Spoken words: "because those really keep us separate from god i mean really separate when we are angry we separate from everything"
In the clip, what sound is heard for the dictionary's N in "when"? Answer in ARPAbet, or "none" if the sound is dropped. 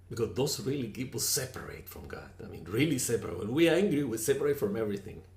L